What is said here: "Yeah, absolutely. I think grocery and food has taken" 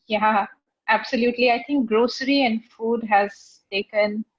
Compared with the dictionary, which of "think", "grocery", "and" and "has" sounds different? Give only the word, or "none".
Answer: think